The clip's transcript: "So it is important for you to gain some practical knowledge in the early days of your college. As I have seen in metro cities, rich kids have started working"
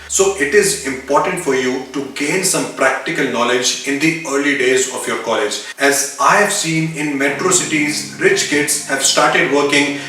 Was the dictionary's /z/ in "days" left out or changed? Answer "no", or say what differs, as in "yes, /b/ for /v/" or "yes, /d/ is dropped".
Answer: no